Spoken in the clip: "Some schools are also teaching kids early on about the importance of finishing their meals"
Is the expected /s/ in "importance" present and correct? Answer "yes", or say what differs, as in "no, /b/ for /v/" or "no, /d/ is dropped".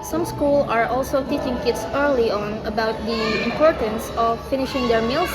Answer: yes